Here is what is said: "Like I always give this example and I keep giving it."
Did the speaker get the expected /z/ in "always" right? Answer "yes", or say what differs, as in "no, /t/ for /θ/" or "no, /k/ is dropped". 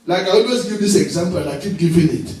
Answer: no, /s/ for /z/